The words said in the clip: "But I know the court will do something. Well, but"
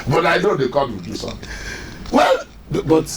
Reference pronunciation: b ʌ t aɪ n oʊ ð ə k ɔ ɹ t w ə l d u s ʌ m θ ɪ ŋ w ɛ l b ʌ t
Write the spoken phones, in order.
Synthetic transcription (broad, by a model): b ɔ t aɪ n oʊ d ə k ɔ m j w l d u s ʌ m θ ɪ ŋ w ɛ l b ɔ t